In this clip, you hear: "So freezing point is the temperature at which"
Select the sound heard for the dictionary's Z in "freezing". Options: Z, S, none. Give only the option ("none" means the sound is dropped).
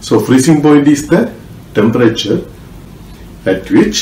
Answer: S